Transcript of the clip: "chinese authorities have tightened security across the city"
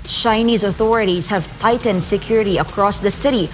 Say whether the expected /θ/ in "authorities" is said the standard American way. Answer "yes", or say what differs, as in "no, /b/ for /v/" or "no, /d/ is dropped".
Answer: yes